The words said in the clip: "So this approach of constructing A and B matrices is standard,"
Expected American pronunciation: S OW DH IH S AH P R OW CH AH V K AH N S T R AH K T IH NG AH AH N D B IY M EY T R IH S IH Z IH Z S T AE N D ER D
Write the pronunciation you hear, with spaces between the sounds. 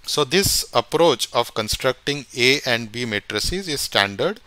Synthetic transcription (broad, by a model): S OW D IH S AH P R OW CH AH V K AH N S T R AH K T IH NG AH AH N D B IY M EY T R IH S IH Z IH Z S T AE N D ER D